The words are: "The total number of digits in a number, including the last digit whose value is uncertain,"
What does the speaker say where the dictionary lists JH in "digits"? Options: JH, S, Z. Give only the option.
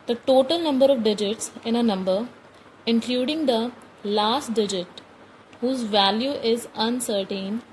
JH